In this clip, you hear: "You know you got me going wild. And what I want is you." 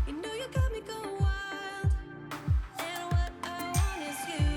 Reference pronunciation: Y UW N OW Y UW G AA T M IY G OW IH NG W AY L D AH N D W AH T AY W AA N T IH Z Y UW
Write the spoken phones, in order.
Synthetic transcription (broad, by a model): Y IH N OW Y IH G AA T M IY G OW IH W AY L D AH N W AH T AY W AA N IH Z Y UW